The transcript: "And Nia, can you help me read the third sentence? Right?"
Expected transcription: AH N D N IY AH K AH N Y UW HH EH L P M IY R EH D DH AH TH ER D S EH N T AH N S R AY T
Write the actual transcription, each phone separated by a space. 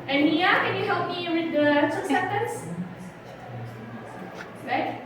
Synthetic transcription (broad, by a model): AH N N IY AH K AH N Y UW HH EH L P M IY W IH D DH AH T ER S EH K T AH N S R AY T